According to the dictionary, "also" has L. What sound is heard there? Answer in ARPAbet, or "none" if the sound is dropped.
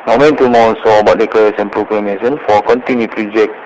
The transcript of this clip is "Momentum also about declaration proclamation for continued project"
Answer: none